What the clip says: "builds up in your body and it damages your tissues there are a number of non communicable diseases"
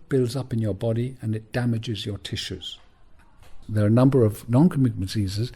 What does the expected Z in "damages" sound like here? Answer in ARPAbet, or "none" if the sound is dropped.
Z